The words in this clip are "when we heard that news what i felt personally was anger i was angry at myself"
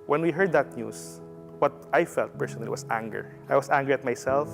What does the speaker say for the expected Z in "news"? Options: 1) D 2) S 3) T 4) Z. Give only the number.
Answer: 2